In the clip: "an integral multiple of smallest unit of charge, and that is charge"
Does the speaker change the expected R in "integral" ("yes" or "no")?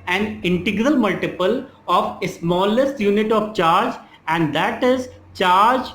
no